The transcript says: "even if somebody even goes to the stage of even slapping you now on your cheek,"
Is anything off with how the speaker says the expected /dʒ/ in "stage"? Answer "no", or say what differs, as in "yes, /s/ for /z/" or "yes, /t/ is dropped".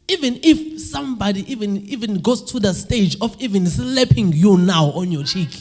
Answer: no